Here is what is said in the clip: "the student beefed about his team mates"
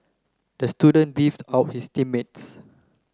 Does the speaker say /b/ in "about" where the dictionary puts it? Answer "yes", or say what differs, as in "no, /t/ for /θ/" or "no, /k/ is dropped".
no, /b/ is dropped